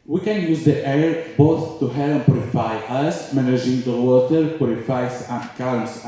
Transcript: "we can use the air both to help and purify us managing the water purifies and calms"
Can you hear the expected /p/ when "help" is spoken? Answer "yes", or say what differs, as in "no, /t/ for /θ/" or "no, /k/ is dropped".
no, /p/ is dropped